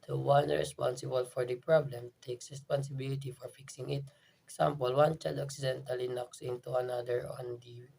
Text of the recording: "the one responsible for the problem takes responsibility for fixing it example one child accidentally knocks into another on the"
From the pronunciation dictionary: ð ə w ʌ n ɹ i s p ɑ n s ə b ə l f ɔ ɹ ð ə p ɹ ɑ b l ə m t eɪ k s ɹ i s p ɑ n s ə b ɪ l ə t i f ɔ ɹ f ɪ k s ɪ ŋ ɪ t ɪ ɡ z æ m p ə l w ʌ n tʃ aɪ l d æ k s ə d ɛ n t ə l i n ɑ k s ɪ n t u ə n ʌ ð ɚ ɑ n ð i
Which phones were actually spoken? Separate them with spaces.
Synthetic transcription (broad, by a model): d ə w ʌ n ɹ i s p ɑ n s ə b ə l f ɔ ɹ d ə p ɹ ɑ b l ə m t eɪ k s ɹ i s p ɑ n s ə b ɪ l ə t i f ɔ ɹ f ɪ k s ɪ ŋ ɪ t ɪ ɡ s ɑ m p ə l w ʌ n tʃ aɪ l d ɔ k s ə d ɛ n t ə l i n ɑ k s ɪ n t u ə n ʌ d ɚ ɑ n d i